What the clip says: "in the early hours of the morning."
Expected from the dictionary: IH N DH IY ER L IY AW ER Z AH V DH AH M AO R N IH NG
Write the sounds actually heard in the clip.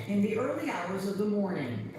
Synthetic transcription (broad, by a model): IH N DH IY ER L IY AW ER Z AH V DH AH M AO R N IH NG